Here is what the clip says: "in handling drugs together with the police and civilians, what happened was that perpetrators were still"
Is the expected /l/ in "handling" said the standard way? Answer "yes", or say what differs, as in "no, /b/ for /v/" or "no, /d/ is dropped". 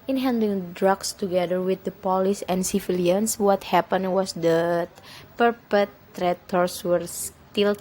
no, /l/ is dropped